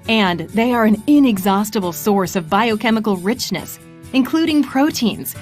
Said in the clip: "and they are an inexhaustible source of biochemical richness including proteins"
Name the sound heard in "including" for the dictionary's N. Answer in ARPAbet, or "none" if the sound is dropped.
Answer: N